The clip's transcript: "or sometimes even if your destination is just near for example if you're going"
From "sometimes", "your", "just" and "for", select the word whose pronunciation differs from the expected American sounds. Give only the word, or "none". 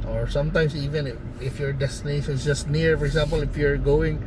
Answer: sometimes